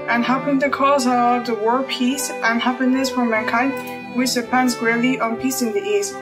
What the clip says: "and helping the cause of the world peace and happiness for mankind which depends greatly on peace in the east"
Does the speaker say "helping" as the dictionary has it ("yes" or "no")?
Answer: no